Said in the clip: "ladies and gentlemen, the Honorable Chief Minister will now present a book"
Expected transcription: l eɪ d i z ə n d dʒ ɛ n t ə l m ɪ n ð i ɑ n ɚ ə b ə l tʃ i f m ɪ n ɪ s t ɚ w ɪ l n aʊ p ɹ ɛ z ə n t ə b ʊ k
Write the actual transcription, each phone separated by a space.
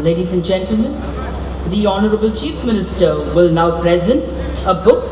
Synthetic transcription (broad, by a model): l eɪ d i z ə n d dʒ ɛ n t ə l m ɪ n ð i ɑ n ɚ ə b ə l tʃ i f m ɪ n ɪ s t ɚ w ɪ l n aʊ p ɹ ɛ z ə n t ə b ʊ k